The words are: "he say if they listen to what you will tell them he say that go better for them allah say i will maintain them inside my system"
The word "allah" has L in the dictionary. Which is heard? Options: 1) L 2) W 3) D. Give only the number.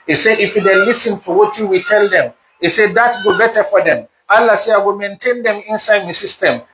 1